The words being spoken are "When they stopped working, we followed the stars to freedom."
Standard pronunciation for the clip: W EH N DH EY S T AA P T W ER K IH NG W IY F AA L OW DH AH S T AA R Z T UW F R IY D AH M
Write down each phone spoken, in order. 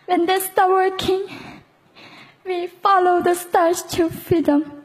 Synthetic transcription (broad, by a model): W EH N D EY S T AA T W ER K IH NG W IY F AA L OW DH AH S T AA R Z T UW F R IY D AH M